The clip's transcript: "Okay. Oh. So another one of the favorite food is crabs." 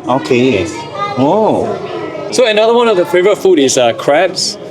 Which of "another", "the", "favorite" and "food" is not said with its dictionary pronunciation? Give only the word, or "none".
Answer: favorite